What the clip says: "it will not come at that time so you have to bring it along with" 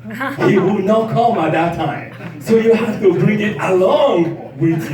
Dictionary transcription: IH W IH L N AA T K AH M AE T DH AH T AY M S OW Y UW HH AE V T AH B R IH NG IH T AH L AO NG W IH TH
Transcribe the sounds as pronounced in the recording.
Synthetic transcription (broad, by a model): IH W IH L N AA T K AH M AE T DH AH T AY M S OW Y UW HH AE F T AH B R IH NG IH T AH L AO NG W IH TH